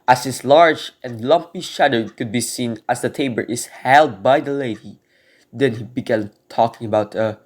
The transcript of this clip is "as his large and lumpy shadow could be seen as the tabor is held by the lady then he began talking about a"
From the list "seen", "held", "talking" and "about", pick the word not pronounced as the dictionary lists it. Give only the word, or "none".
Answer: none